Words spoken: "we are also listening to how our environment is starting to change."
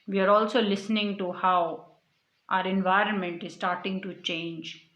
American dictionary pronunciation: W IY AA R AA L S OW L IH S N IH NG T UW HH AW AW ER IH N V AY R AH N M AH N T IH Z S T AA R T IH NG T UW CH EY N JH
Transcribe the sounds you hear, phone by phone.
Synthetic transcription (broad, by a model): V IY AA R AA L S OW L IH S N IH NG T UW HH AW AW ER IH N V AY R AH N M AH N T IH Z S T AA R T IH NG T UW CH EY N JH